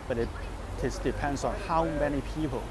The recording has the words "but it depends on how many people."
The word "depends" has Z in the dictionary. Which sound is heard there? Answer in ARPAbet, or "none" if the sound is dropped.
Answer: S